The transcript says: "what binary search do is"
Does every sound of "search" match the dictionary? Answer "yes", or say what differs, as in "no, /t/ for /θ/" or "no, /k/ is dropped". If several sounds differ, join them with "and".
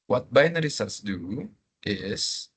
no, /s/ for /tʃ/